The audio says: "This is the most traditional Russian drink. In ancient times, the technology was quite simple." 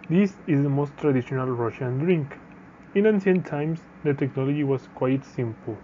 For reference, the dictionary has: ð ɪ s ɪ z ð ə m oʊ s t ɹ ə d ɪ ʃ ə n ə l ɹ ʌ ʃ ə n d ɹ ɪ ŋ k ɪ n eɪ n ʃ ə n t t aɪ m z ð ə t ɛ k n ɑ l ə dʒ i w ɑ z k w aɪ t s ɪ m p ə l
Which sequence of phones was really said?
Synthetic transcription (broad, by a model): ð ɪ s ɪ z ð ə m oʊ s t ɹ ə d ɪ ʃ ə n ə l ɹ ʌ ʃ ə n d ɹ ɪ ŋ k ɪ n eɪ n s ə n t t aɪ m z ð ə t ɛ k n ɑ l ə dʒ i w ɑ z k w aɪ t s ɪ m p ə l